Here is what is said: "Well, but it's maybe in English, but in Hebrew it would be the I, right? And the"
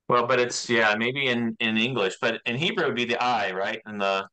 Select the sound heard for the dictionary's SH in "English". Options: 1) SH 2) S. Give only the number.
1